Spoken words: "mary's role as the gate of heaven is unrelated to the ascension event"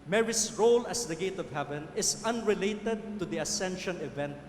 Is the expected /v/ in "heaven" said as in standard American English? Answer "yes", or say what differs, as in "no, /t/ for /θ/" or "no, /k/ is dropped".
yes